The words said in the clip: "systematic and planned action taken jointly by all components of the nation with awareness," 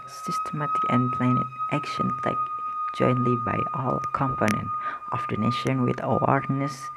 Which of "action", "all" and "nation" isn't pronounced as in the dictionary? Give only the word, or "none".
none